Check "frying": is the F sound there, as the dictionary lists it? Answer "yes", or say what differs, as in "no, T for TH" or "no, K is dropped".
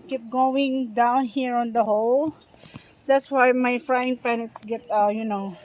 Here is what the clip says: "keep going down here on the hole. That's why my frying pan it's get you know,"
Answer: yes